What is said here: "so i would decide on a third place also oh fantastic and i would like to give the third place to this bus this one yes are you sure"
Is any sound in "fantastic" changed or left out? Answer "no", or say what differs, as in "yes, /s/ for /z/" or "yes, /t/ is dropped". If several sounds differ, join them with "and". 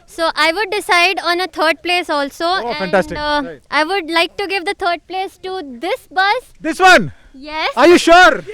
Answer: yes, /k/ is dropped